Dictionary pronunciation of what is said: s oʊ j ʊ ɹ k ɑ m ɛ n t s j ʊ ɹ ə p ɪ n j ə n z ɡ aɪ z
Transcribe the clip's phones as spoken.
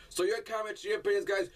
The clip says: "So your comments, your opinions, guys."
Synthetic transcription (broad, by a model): s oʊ j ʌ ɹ k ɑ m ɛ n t j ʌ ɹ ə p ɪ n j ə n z ɡ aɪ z